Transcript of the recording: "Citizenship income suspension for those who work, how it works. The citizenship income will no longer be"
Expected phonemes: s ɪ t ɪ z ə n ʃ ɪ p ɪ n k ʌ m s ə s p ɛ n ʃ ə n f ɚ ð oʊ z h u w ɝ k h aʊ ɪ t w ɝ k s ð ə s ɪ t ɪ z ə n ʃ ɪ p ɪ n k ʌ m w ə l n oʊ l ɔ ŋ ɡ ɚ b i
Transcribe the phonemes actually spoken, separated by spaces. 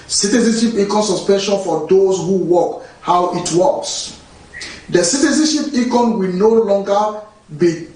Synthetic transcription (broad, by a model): s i t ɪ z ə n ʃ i p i k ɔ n s ə s p ɛ n ʃ ə n f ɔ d oʊ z h u w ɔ k h aʊ ɪ t w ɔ s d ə s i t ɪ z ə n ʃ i p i k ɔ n w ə n oʊ l ɔ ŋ ɡ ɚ b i